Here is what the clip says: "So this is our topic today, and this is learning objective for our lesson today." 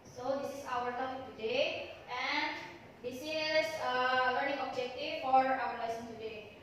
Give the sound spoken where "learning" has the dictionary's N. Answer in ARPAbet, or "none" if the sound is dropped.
L